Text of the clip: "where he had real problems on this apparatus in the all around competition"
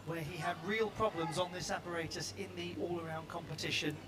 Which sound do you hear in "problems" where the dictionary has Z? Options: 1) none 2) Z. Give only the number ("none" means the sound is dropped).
2